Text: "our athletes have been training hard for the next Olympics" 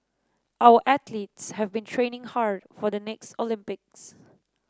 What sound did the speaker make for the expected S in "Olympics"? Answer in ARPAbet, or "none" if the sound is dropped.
S